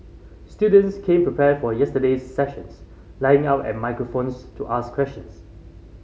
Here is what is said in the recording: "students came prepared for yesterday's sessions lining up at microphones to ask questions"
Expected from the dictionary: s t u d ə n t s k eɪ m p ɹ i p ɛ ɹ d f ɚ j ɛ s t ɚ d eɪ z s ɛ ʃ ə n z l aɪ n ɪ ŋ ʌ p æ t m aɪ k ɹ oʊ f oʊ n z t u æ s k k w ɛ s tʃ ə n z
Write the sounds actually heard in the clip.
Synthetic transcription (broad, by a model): s t u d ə n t s k eɪ m p ɹ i p ɛ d f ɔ j ɛ s t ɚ d eɪ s ɛ ʃ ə n s l aɪ ɪ ŋ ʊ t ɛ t m aɪ k ɹ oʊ f oʊ n s t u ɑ s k k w ɛ s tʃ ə n s